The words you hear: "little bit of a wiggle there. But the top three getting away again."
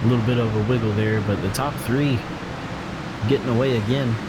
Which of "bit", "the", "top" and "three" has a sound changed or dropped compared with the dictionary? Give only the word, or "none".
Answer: none